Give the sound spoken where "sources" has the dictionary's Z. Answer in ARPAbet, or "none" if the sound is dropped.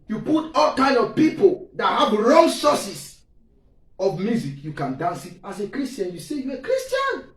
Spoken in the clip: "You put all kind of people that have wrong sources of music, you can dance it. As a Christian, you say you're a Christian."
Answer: S